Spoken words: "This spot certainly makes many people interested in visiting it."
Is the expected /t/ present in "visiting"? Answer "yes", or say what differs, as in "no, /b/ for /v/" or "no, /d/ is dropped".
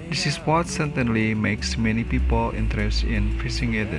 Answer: no, /s/ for /t/